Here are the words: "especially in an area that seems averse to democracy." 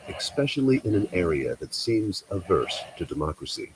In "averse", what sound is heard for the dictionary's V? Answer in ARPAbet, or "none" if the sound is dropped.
V